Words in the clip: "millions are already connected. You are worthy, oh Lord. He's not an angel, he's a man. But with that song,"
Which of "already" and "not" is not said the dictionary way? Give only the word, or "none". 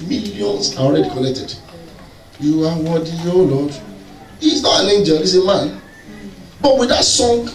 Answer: none